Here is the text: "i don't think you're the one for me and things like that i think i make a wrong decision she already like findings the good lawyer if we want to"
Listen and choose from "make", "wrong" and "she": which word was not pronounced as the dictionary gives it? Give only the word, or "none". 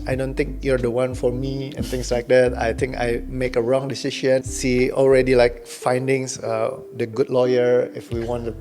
she